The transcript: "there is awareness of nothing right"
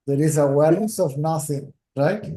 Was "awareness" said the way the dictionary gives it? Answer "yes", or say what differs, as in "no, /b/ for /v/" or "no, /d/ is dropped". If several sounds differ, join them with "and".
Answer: no, /l/ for /ɹ/